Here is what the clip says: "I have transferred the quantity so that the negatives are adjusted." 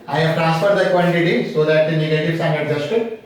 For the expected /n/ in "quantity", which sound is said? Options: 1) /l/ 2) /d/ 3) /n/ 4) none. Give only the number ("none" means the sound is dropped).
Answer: 1